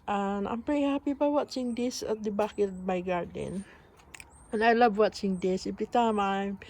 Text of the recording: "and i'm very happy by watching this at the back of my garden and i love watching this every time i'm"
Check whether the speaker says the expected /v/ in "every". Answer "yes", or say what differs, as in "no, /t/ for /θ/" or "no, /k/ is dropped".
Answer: no, /b/ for /v/